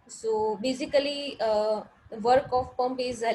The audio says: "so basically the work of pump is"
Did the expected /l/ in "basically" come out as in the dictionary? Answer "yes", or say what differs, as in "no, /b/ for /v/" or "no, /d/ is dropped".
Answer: no, /l/ is dropped